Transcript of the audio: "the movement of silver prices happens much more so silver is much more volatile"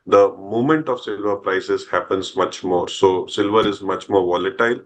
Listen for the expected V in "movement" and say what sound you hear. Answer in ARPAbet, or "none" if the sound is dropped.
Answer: none